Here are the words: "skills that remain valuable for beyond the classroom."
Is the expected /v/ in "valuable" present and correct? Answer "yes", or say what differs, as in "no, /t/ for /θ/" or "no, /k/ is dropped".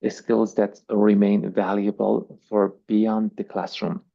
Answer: yes